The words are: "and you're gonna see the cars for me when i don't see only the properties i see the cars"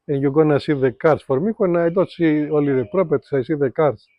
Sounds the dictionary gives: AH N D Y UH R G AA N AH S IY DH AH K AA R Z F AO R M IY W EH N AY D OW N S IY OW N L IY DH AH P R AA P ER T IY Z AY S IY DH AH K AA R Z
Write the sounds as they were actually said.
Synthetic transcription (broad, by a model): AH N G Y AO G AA N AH S IY DH AH K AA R S F AO R M IY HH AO N AY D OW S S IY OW L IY DH AH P R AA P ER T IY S AY S IY DH AH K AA R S